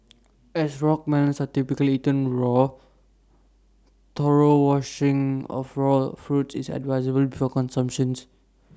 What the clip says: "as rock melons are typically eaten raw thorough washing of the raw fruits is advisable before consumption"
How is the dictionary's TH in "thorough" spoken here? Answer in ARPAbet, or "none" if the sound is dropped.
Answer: T